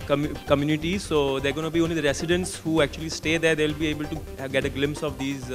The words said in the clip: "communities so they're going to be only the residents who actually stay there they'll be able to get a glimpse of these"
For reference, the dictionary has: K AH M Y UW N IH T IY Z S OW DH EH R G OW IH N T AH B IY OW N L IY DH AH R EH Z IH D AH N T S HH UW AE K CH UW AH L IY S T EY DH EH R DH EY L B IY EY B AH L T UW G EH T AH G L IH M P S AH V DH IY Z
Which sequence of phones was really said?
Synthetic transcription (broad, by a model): K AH M Y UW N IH T IY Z S OW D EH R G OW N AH B IY OW N L IY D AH R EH S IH D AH N T S HH UW AE K CH UW AH L IY S T EY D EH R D EY L B IY EY B AH L T UW G EH T AH G L IH M P S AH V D IY Z